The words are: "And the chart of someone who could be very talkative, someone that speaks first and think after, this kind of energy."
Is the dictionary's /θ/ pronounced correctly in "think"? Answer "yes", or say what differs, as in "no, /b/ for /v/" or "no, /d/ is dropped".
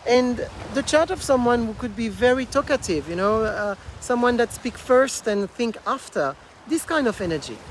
yes